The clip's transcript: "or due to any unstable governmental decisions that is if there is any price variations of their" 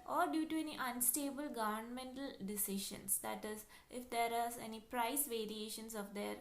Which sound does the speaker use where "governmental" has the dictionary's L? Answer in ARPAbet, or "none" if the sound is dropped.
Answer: L